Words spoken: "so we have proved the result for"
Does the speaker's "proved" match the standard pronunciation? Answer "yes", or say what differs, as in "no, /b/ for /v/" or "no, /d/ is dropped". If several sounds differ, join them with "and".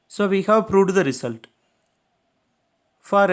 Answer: no, /v/ is dropped